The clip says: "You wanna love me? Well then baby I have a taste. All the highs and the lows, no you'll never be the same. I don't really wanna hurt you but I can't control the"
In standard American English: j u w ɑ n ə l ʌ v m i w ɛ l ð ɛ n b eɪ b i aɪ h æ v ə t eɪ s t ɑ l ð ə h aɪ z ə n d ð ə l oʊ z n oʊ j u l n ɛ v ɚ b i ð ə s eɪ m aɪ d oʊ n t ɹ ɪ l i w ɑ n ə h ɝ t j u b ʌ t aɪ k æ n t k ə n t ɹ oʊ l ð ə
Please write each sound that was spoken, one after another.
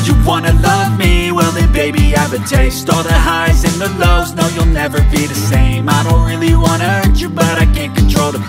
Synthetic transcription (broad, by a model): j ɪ w ɑ n ə l ʌ v m i w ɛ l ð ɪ b eɪ b i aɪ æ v ə t eɪ s t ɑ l ð ə h aɪ z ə n ð ə l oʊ z n oʊ j u l n ɛ v ɚ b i ð ə s eɪ m aɪ d oʊ n t ɹ ɪ l i w ɑ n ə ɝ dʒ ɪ b ʌ t aɪ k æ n k ə n t ɹ oʊ l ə